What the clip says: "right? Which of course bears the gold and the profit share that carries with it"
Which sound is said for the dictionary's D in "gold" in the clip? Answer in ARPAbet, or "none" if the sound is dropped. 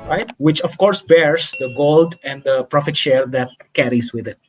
D